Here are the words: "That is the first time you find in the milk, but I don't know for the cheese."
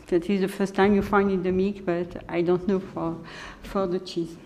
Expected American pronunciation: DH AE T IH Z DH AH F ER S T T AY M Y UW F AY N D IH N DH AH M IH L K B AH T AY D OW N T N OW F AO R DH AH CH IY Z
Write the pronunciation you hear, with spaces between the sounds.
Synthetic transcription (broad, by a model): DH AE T IH Z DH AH F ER S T T AY M Y UW F AY N D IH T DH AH M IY K B AH T AY D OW N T N OW F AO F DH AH CH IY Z